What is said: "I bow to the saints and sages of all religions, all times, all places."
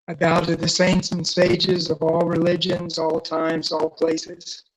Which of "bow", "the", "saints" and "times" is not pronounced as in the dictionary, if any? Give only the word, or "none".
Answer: none